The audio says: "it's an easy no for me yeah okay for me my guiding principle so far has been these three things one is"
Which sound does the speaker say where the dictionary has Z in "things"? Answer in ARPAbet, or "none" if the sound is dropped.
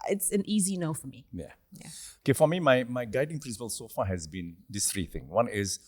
none